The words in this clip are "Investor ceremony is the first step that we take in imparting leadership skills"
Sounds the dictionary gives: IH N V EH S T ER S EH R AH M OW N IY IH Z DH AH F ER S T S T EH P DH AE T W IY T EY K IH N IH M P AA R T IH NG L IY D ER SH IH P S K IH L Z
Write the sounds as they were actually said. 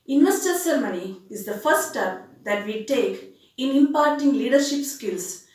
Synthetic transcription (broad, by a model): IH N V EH S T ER S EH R M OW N IY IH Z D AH F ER T S T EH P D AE T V IY T EY K IH N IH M P AA R T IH NG L IY D ER SH IH P S K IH L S